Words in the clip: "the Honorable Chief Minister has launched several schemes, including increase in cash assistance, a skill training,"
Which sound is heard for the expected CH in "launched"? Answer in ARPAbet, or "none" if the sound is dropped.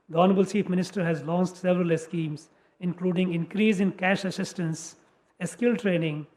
S